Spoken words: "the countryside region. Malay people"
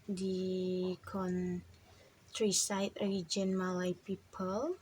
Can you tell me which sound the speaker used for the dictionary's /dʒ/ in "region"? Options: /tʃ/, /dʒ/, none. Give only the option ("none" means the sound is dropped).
/dʒ/